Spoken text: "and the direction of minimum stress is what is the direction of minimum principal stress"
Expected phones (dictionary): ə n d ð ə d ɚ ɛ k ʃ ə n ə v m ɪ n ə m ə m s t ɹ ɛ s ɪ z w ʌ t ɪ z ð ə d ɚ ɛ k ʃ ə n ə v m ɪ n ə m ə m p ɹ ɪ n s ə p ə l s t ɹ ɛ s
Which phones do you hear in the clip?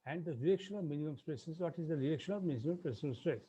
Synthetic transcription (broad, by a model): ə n d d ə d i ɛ k ʃ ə n ə v m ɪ n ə m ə m s t ɹ ɛ s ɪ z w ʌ t ɪ z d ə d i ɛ k ʃ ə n ə v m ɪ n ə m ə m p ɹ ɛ s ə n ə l s t ɹ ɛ s